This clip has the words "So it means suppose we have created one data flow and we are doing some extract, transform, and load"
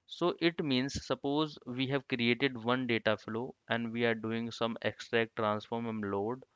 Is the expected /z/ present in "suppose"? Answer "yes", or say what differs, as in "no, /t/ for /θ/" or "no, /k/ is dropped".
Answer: yes